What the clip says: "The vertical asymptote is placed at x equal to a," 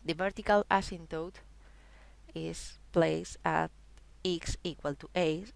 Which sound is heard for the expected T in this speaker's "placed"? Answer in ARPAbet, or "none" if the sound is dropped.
none